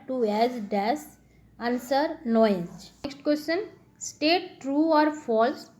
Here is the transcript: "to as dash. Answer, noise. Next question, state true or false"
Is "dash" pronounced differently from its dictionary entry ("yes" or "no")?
yes